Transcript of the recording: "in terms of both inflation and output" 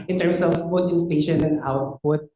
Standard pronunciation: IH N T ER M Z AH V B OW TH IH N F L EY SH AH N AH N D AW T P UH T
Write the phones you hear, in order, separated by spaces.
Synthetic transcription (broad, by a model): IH N T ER M S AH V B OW T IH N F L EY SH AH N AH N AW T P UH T